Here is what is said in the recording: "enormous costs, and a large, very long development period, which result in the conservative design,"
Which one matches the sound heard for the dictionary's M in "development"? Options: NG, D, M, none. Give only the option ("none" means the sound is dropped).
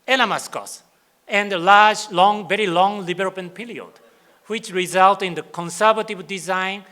none